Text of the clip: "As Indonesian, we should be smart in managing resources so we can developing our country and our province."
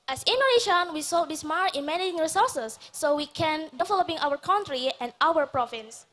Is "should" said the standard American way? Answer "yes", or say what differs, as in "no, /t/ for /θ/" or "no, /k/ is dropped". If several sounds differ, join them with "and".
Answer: no, /s/ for /ʃ/